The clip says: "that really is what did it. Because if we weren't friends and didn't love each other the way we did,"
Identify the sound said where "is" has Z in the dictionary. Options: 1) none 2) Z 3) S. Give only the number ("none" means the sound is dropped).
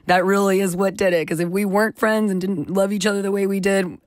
2